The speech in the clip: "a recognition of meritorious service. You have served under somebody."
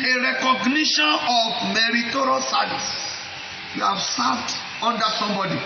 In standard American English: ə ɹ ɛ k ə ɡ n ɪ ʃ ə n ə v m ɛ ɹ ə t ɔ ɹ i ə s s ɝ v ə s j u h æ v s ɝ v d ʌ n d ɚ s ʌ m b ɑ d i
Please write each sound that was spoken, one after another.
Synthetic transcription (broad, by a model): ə ɹ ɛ k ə ɡ n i ʃ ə n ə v m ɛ ɹ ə t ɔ ɹ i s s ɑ ə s j u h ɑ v s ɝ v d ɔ n d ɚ s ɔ m b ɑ d i